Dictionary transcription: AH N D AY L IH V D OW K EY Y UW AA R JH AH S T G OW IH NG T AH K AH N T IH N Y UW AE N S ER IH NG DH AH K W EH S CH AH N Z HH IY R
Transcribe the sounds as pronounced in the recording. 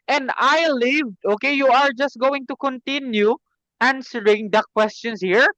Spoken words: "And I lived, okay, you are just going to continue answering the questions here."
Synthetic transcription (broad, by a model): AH N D AY L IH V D OW K EY Y UW AA R JH AH S T G OW IH NG T AH K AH N T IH N Y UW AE N S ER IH NG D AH K W EH S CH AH N S HH IY R